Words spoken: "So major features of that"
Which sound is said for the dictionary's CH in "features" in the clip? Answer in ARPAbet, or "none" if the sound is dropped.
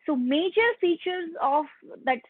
CH